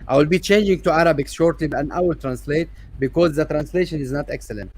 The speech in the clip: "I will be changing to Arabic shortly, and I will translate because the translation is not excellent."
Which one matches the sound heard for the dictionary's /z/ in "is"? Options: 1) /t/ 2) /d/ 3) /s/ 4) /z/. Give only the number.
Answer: 4